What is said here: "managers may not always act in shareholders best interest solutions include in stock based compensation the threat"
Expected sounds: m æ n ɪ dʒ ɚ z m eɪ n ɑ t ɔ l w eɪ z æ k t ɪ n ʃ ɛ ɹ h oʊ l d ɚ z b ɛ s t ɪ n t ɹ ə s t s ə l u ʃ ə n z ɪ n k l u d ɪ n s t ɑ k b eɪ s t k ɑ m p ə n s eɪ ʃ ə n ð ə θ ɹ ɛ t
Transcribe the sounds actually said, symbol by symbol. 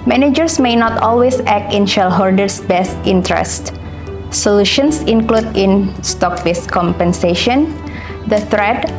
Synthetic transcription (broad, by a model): m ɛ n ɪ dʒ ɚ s m eɪ n ɑ t ɔ l w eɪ s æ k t ɪ n ʃ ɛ l h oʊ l d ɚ s b ɛ s t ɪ n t ɹ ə s t s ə l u ʃ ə n s ɪ n k l u d ɪ n s t ɑ k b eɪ s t k ɑ m p ə n s eɪ ʃ ə n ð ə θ ɹ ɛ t